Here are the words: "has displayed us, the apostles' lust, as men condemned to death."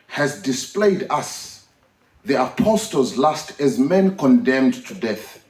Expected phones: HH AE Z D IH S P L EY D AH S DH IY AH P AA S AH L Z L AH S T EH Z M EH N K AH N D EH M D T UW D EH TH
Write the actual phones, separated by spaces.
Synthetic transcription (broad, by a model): HH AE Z D IH S P L EY D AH S DH IY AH P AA S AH L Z L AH S T EH Z M EH N K AH N D EH M D T UW D EH TH